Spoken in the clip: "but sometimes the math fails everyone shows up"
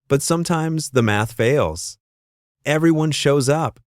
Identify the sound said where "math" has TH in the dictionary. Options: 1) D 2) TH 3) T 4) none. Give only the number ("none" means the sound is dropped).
2